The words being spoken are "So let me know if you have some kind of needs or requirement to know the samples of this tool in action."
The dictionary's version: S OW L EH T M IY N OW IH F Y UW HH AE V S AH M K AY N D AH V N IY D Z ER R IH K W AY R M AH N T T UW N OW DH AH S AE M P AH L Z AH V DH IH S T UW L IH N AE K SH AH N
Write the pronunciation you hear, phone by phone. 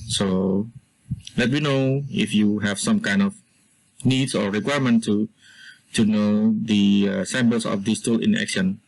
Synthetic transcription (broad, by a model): S OW L EH T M IY N OW IH F Y UW HH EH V S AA M K AY N D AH F N IY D S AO R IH K W AY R M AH N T T UW N OW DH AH S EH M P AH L S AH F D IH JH T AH L IH N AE K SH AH N